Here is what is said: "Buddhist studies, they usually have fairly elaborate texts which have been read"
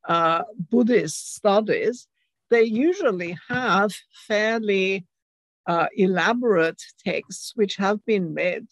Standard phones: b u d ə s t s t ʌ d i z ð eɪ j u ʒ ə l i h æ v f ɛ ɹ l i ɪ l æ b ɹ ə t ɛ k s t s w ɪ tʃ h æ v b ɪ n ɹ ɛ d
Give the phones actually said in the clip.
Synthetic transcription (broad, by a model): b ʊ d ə s t s t ʌ d i z ð eɪ j u ʒ ə l i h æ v f ɛ ɹ l i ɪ l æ b ɹ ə t ɛ k s t s w ɪ tʃ h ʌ v b ɪ n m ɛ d